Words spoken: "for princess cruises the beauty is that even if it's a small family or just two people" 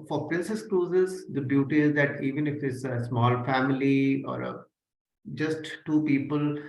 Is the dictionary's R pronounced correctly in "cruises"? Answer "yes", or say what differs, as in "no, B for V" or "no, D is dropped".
no, L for R